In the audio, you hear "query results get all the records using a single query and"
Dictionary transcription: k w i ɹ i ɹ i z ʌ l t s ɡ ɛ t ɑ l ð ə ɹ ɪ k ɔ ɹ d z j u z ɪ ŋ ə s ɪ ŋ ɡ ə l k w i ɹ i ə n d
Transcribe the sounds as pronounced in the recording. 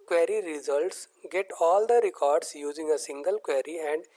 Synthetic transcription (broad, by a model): k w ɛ ɹ i ɹ i z ʌ l t s ɡ ɛ t ɑ l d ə ɹ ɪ k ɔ ɹ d s j u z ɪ ŋ ə s ɪ ŋ ɡ ə l k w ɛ ɹ i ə n d